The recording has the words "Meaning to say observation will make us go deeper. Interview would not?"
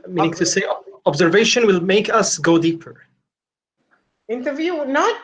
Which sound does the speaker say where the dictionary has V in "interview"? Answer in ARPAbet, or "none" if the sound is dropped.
V